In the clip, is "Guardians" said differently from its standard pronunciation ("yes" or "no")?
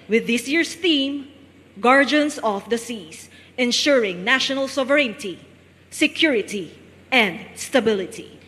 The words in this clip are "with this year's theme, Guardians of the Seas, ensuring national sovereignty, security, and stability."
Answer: yes